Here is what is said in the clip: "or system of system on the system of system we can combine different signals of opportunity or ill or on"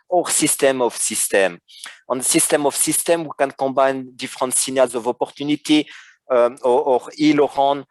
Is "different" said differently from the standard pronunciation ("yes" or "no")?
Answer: yes